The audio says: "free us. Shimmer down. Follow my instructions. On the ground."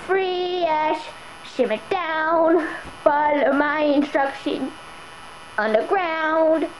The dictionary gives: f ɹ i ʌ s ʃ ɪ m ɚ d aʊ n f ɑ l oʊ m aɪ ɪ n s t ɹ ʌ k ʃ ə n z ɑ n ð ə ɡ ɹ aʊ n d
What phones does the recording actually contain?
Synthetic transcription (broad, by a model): f ɹ i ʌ ʃ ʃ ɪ m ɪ d aʊ n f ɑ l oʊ m aɪ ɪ n s t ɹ ʌ k ʃ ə n ʌ n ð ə ɡ ɹ aʊ n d